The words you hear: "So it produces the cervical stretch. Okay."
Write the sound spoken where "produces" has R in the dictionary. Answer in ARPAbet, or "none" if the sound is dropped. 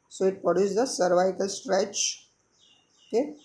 none